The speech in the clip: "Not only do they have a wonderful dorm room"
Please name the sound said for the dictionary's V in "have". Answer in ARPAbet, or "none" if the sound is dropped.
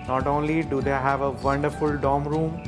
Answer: V